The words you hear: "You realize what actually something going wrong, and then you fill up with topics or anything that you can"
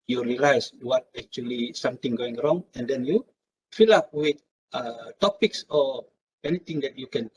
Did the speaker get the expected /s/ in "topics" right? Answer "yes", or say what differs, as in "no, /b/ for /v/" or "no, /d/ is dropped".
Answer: yes